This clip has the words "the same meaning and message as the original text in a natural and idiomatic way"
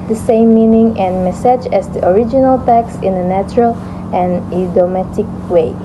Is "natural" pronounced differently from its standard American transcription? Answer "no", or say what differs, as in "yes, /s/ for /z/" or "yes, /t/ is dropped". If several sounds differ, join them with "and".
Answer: no